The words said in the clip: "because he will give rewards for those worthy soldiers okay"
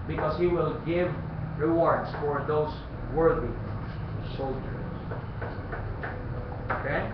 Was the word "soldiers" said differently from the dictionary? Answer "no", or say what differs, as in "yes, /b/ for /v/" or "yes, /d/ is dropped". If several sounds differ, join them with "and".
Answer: yes, /s/ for /z/